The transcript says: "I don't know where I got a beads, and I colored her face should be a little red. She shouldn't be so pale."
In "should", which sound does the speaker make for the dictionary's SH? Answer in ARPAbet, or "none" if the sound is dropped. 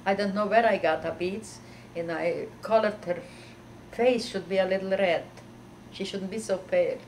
SH